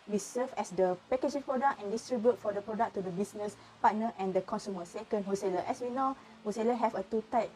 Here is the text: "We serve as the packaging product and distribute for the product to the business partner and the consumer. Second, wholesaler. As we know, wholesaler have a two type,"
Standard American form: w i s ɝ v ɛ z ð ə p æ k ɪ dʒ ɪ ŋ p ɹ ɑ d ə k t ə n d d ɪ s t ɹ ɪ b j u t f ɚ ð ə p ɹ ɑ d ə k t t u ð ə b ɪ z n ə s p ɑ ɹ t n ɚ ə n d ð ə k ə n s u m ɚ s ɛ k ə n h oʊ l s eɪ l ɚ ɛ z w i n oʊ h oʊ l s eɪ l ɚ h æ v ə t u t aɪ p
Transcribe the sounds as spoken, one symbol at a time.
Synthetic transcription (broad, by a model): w i s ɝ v ɛ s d ə p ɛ k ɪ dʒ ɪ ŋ p ɹ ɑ d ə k ə n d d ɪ s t ɹ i b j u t f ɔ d ə p ɹ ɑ d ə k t t u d ə b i s n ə s p ɑ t n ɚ ə n d ə k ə n s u m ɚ s ɛ k ə n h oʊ s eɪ l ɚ ɛ s w i n oʊ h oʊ s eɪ l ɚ h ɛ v ə t u t aɪ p